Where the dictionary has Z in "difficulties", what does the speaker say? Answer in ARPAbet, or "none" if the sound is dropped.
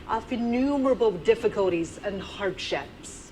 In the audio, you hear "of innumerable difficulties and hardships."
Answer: Z